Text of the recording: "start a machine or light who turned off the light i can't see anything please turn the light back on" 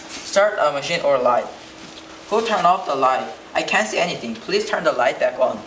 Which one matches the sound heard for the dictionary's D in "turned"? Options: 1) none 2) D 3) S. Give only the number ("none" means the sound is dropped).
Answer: 1